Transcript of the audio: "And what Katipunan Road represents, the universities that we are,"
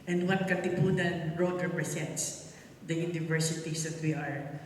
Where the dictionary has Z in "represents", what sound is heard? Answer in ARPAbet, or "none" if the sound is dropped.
S